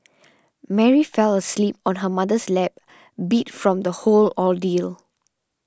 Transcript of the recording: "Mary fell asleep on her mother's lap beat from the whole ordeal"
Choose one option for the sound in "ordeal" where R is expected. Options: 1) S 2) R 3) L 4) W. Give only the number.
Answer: 3